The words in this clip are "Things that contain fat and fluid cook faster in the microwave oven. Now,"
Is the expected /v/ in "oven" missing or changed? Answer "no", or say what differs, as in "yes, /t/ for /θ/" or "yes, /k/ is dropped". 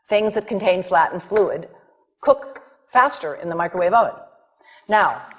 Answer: yes, /v/ is dropped